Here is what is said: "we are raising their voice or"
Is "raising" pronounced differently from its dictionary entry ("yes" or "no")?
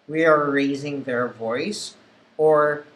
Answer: no